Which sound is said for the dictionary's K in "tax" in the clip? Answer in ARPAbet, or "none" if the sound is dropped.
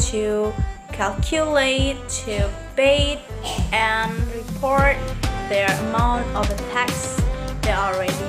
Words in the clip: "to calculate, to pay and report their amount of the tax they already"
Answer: K